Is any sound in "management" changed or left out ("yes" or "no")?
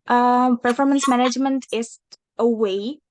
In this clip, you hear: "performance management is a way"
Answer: no